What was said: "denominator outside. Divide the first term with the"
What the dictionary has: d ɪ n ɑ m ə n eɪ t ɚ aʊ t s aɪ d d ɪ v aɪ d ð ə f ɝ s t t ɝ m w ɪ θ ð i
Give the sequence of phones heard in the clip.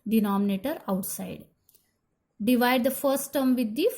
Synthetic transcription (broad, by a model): d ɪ n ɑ m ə n eɪ t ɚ aʊ t s aɪ d d ɪ v aɪ d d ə f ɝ s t t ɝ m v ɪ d i